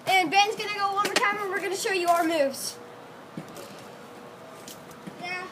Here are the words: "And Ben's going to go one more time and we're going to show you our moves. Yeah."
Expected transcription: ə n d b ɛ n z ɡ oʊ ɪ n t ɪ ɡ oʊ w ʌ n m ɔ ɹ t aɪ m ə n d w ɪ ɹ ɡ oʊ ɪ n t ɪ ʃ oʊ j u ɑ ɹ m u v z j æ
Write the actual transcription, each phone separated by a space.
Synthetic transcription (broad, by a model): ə n b ɛ n z ɡ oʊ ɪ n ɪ ɡ oʊ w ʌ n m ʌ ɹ t aɪ m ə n w ɪ ɹ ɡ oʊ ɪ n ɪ ʃ oʊ j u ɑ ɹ m u v z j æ